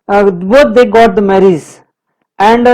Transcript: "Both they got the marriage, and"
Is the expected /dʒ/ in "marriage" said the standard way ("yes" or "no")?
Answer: no